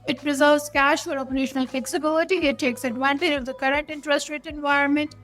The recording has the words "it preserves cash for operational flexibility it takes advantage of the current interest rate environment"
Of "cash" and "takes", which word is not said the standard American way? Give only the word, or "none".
none